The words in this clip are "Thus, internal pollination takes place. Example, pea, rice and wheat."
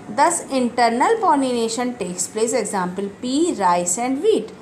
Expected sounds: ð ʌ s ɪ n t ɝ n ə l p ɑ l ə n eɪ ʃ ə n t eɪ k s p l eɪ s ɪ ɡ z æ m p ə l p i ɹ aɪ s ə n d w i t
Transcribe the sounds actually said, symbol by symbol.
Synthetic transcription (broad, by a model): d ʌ s ɪ n t ɝ n ə l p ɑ n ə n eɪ ʃ ə n t eɪ k s p l eɪ s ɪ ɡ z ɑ m p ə l p i ɹ aɪ s ə n d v i t